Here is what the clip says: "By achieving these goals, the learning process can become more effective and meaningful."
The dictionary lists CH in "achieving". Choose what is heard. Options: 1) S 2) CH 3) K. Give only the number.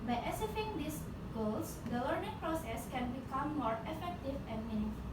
1